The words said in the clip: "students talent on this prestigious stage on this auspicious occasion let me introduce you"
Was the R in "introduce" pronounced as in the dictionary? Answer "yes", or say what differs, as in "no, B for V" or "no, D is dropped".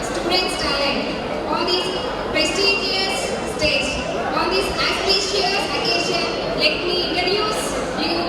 no, R is dropped